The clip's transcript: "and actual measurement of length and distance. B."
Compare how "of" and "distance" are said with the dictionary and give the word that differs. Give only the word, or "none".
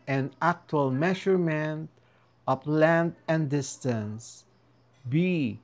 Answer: of